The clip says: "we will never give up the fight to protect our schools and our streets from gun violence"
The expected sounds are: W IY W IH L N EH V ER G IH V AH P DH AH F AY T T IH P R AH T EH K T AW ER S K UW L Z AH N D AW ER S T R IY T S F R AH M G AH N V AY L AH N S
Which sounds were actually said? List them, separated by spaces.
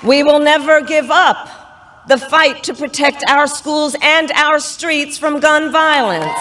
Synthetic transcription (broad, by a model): W IY W IH L N EH V ER G IH V AH P DH AH F AY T T IH P R AH T EH K T AW ER S K UW L Z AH N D AW ER S T R IY T S F R AH M G AH N V AY L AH N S